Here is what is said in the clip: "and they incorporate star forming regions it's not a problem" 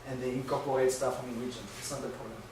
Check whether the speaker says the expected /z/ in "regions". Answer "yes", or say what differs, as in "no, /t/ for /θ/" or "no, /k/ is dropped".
no, /z/ is dropped